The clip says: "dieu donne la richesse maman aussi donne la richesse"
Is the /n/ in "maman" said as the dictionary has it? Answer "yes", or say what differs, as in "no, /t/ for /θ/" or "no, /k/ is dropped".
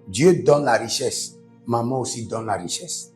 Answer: no, /n/ is dropped